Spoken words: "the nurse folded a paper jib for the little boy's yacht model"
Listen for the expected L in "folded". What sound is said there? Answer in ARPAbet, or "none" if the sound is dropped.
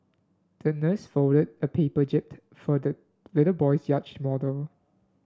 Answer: none